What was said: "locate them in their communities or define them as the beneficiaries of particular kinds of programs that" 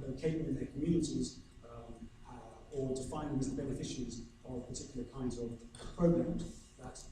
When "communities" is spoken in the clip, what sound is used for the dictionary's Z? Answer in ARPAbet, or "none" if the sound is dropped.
Z